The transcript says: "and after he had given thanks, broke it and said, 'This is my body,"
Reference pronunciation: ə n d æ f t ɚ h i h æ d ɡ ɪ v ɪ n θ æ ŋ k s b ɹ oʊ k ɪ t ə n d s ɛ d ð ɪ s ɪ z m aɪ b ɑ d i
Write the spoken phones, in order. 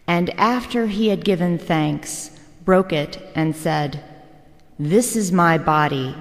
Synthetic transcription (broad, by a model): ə n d æ f t ɚ i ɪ d ɡ ɪ v ɪ n θ æ ŋ k s b ɹ oʊ k ɪ t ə n s ɛ d ð ɪ s ɪ z m aɪ b ɑ d i